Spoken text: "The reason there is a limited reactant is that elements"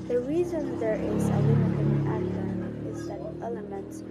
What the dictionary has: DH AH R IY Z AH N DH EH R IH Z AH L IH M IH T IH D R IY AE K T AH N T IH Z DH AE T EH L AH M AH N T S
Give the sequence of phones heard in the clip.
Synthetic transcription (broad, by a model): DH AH R IY Z AH N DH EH R IH Z AH W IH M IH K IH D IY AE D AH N IH Z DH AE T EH L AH M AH N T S